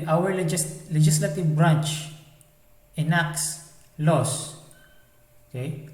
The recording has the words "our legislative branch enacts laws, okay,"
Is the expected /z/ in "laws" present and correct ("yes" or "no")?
no